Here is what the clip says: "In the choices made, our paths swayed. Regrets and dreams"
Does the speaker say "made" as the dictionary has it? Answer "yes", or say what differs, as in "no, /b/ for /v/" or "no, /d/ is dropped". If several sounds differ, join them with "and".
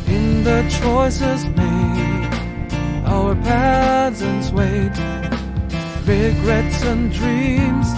no, /d/ is dropped